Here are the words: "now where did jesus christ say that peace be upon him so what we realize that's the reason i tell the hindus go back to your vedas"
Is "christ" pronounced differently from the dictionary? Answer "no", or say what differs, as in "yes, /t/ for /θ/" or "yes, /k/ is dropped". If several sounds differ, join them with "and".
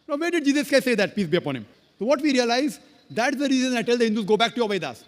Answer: yes, /ɹ/ is dropped